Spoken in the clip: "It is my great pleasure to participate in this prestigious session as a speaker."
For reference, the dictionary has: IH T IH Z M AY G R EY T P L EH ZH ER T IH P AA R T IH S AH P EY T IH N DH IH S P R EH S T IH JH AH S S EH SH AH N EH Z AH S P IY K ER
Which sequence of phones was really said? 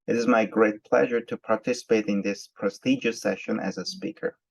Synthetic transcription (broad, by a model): IH T IH Z M AY G R EY T P L EH ZH ER T IH P AA R T IH S AH P EY T IH N DH IH S P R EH S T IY JH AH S S EH SH AH N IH Z AH S P IY K ER